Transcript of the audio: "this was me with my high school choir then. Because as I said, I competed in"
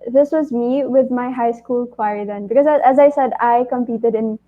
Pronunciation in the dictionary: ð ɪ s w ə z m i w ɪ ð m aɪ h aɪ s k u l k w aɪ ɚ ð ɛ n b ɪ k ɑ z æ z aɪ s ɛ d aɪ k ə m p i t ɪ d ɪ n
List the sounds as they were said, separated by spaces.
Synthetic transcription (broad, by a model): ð ɪ s w ə z m i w ɪ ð m aɪ h aɪ s k u l k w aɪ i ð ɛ n b ɪ k ɑ z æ z aɪ s ɛ d aɪ k ə m p i t ɪ d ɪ n